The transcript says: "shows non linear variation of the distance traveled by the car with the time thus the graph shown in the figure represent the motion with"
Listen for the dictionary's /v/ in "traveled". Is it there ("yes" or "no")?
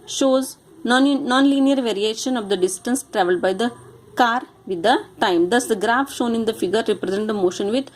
yes